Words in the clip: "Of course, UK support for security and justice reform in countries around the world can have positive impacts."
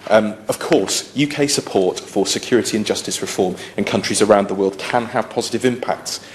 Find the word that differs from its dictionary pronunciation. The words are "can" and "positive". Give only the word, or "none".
none